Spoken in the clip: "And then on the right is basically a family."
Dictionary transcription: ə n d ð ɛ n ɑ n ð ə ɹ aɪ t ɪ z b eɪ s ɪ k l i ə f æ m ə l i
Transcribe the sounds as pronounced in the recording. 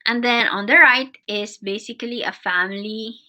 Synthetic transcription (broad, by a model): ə n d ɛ n ɑ n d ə ɹ aɪ t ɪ s b eɪ s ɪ k l i ə f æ m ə l i